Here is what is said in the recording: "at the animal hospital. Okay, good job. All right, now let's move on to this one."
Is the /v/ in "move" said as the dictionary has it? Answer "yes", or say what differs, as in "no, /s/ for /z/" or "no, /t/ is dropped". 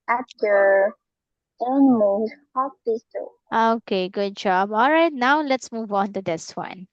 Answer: yes